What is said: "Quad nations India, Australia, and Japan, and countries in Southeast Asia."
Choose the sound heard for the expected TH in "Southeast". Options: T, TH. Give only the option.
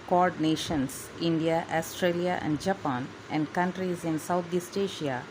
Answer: T